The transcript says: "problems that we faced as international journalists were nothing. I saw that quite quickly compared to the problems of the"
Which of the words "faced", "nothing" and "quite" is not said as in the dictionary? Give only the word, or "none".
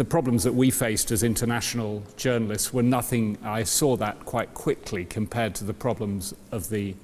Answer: none